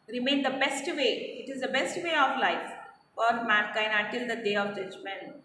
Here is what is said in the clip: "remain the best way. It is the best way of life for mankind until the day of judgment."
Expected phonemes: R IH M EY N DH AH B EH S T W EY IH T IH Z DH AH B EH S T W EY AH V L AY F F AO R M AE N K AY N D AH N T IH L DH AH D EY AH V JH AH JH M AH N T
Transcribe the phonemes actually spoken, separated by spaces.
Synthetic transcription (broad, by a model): R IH M EY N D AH B EH S T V EY IH T IH Z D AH B EH S T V EY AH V L AY F F AO R M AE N K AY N AH N T IH L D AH D EY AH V JH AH JH M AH N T